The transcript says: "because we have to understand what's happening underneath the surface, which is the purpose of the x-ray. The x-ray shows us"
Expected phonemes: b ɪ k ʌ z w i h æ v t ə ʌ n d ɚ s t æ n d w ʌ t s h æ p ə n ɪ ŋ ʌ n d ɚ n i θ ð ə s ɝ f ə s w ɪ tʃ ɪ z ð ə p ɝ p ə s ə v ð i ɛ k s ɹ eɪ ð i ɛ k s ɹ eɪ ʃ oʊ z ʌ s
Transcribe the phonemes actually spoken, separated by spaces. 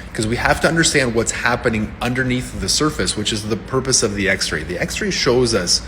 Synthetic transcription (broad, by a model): k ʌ z w i h æ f t ə ʌ n d ɚ s t æ n d w ʌ t s h æ p ə n ɪ ŋ ʌ n d ɚ n i θ ð ə s ɝ f ə s w ɪ tʃ ɪ z ð ə p ɝ p ə s ə v ð i ɛ k s ɹ eɪ ð i ɛ k s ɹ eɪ ʃ oʊ z ʌ s